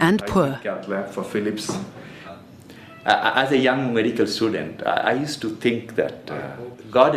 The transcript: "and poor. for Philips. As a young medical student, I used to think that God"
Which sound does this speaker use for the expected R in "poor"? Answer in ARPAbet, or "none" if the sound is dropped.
L